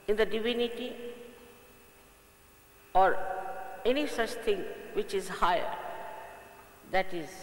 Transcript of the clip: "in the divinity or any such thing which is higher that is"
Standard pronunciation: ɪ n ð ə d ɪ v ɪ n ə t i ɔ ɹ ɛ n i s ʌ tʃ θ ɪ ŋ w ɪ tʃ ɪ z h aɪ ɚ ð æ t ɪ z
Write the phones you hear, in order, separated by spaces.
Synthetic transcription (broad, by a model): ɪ n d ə d ɪ v ɪ n ə t i ɔ ɹ ɛ n i s ʌ tʃ t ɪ ŋ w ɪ tʃ ɪ z h aɪ ɚ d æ t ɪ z